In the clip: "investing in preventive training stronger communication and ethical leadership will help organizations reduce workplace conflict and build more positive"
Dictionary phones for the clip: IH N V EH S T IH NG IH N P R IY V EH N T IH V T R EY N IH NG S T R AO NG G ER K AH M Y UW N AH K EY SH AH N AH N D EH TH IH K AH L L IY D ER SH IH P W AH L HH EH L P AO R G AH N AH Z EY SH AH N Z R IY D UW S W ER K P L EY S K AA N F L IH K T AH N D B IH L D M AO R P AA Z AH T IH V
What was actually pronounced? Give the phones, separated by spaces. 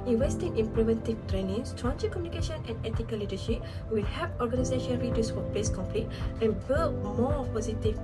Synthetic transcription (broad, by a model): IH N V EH S T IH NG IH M P R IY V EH N T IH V T R EY N IH NG S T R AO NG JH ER K AH M Y UW N AH K EY SH AH N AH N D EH T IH K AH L L IY D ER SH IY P W AH L HH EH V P AO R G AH N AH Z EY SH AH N R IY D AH S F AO P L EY S K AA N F L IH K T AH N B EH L M AO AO P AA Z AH T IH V